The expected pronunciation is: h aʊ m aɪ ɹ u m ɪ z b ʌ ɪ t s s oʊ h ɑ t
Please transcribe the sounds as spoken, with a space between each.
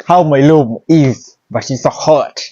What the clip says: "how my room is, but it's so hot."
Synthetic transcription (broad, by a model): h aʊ m aɪ l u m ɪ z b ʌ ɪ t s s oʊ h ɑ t